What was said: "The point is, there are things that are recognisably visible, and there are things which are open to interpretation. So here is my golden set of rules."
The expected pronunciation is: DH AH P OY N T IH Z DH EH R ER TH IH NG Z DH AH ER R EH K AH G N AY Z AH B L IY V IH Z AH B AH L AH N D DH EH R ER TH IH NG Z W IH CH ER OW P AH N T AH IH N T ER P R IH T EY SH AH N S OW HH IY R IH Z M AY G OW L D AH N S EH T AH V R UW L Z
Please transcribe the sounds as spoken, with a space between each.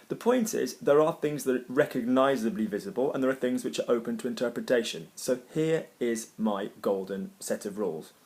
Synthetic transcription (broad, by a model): DH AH P OY N T IH Z DH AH R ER TH IH NG Z DH AH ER R EH K AH G N AY Z AH B L IY V IH Z AH B AH L AH N DH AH R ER TH IH NG Z W IH CH ER OW P AH N T AH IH N T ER P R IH T EY SH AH N S OW HH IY R IH Z M AY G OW L D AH N S EH T AH V R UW L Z